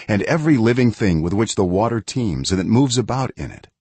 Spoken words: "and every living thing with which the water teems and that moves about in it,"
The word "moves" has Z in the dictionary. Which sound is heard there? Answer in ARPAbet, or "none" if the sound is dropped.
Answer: Z